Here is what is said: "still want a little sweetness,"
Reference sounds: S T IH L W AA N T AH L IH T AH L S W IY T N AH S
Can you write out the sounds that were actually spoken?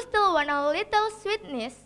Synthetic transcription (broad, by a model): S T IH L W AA N AH L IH T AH L S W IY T N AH S